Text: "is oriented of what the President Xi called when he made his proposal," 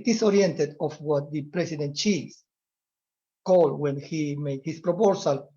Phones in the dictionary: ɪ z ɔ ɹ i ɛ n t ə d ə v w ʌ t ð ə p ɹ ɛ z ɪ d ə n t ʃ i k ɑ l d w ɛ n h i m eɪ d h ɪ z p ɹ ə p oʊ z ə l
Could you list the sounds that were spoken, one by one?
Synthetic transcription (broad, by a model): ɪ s ɔ ɹ i ɛ n t ə d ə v w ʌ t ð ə p ɹ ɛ s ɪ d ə n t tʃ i k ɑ l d w ɛ n h i m eɪ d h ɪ s p ɹ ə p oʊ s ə l